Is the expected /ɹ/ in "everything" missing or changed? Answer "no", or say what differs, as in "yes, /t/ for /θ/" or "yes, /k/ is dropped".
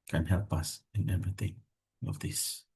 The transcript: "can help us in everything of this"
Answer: yes, /ɹ/ is dropped